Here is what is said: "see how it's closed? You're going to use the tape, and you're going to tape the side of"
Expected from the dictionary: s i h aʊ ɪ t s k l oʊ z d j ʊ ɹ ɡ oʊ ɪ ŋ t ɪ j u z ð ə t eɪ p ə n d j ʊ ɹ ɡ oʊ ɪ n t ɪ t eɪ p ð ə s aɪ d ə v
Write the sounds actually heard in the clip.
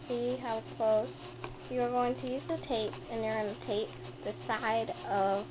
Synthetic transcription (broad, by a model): s i h aʊ ɪ t s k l oʊ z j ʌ ɹ ɡ oʊ ɪ ŋ t ɪ j u z ð ə t eɪ p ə n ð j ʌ ɹ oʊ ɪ n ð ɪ t eɪ p ð ə s aɪ d ə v